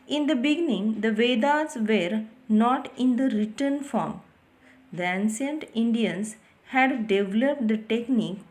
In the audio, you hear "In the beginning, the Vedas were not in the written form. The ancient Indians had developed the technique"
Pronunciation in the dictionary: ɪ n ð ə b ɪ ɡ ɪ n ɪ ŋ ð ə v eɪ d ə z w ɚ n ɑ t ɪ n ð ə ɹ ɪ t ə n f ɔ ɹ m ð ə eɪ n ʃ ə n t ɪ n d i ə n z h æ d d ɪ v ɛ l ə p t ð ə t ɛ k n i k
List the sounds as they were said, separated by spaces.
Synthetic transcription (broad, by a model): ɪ n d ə b ɪ ɡ ɪ n ɪ ŋ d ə v eɪ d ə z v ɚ n ɑ t ɪ n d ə ɹ ɪ t ə n f ɔ ɹ m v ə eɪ n s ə n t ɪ n d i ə n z h æ d d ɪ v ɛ l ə p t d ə t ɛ k n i k